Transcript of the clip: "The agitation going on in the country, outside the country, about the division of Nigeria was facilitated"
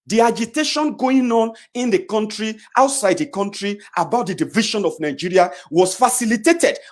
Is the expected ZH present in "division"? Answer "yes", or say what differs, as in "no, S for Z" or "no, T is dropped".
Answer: no, SH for ZH